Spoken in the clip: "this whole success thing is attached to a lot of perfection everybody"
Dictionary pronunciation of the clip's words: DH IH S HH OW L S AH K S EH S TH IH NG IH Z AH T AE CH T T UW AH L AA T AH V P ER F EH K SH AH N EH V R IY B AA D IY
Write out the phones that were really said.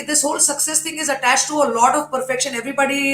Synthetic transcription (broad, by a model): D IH S HH OW L S AH K S EH S T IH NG IH Z AH T AE CH T T UW AH L AA T AH V P ER F EH K SH AH N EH V R IY B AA D IY